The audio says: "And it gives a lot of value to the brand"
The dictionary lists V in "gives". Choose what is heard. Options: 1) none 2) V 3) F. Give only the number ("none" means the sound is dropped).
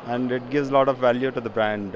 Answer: 2